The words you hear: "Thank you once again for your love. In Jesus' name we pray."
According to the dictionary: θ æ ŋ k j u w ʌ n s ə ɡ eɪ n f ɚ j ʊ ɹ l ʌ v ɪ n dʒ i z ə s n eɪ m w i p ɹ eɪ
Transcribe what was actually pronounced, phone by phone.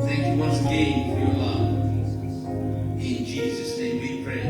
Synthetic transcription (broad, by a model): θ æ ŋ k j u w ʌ s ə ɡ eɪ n f ɚ j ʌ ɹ l ʌ v ɪ n dʒ i z ə s n eɪ m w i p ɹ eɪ